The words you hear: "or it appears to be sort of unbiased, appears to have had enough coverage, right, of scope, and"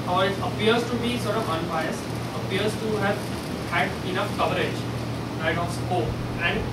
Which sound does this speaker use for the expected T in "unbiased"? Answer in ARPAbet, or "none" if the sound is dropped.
none